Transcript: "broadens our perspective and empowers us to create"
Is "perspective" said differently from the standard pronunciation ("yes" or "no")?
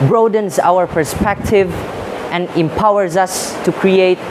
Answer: no